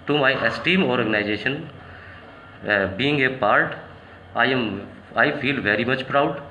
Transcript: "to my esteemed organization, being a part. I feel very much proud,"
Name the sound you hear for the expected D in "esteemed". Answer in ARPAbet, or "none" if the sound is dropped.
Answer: none